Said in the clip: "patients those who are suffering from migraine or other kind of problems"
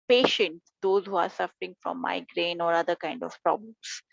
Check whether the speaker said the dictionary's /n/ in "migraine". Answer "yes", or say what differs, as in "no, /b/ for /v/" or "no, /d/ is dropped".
yes